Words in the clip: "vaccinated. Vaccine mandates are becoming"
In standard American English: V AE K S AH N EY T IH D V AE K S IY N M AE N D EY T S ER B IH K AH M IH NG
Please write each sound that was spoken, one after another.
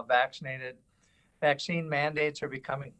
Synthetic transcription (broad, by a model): V AE K S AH N EY T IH D V AE K S IY N M AE N D EY T S ER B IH K AH M IH NG